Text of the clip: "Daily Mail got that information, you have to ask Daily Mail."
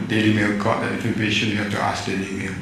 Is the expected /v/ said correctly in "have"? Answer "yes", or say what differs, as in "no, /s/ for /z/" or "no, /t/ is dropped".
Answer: no, /f/ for /v/